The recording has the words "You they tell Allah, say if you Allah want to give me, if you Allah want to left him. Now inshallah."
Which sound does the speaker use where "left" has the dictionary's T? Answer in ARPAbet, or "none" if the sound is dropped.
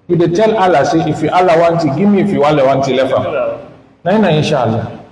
none